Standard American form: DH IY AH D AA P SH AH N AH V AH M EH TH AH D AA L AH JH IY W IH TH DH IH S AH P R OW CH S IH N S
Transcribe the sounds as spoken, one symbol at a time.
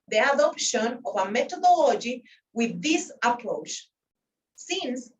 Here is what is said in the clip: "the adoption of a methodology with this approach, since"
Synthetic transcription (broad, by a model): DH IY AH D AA P SH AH N AH V AH M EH T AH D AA L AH JH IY W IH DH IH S AH P R OW CH S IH N S